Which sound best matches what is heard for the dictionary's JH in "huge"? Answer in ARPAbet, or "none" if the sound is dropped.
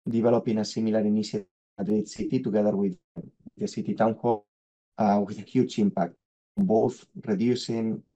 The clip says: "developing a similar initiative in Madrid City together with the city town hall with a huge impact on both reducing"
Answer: CH